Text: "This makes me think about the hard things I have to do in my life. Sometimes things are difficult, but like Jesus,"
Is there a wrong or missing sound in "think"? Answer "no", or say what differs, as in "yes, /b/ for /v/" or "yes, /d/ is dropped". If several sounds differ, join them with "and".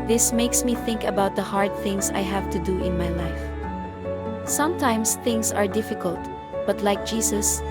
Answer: no